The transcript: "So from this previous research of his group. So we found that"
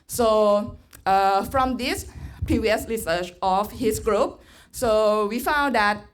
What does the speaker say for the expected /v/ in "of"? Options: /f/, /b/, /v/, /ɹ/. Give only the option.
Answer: /f/